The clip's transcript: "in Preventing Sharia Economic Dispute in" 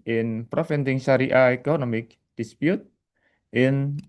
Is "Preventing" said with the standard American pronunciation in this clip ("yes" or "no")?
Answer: no